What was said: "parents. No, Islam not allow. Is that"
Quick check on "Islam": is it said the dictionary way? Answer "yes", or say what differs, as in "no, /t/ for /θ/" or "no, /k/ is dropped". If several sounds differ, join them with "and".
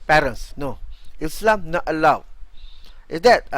yes